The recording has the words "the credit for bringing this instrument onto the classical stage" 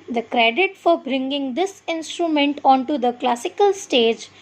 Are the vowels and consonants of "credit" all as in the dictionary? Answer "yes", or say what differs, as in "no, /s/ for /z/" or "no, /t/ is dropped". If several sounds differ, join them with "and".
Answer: yes